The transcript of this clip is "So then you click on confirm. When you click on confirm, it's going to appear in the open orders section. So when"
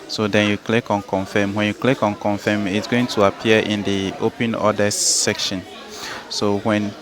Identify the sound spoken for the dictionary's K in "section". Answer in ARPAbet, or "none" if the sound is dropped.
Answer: K